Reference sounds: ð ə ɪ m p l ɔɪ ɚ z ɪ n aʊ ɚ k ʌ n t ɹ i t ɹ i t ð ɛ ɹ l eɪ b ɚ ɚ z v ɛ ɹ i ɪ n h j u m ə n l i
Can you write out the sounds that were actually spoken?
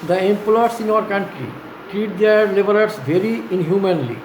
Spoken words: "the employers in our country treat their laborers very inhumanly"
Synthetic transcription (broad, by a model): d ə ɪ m p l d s ɪ n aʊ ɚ k ʌ n t ɹ i t ɹ i t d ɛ ɹ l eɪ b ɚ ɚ s v ɛ ɹ i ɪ n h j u m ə n l i